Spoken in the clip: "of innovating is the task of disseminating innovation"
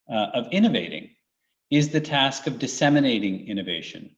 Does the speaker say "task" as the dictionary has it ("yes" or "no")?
yes